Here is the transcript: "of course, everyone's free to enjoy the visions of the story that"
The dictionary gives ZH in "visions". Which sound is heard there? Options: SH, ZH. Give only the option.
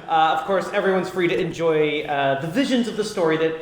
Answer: ZH